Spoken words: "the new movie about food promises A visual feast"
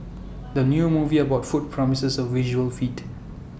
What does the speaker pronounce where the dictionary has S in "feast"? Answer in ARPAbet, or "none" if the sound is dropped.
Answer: none